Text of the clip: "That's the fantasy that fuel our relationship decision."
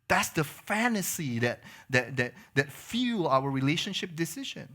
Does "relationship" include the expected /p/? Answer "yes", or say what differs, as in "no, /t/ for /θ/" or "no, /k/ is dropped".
yes